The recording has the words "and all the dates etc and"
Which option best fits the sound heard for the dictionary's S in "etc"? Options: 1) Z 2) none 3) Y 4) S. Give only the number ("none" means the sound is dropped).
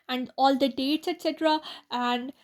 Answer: 4